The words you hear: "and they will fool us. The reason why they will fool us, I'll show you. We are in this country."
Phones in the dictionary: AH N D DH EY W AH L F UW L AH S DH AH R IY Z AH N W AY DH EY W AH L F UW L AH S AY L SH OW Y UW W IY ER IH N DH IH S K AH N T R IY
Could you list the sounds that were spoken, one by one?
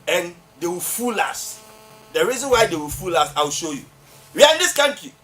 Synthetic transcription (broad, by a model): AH N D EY W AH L F UW L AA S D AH R IY Z AH N W AY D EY W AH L F UW L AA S AY W SH OW Y UW W IY IH N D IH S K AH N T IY